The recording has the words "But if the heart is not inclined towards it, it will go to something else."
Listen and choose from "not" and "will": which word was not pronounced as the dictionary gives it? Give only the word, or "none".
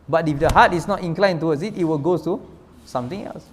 none